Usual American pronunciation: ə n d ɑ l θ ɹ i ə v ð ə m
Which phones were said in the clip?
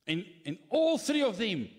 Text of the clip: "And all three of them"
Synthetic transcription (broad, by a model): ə n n ɑ l θ ɹ i ə v ð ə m